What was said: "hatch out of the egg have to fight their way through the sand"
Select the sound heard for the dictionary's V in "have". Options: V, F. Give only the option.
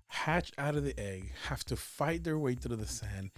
F